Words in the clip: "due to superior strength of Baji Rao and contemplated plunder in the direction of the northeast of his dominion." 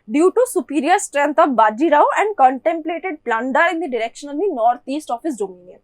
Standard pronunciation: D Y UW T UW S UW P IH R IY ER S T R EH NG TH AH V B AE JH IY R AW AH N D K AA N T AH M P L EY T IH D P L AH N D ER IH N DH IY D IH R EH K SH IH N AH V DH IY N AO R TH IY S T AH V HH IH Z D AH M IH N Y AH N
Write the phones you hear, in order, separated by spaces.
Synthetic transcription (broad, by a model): D Y UW T UW S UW P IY R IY ER S T R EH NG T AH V B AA JH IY R AW AH N D K AA N T AH M P L EY T IH D P L AH N D ER IH N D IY D IH R EH K SH IH N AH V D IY N AO R T IY S T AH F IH S D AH M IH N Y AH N